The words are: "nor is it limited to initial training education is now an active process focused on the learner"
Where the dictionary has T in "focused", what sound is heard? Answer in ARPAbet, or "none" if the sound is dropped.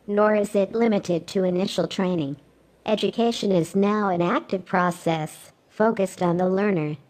T